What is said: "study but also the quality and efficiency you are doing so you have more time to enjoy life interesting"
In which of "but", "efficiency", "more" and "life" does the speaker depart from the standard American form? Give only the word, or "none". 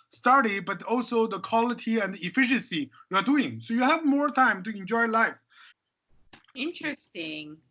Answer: none